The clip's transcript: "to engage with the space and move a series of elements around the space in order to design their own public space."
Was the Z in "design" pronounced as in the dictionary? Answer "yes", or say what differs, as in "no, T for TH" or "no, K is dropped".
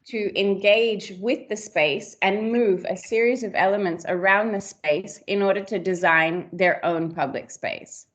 yes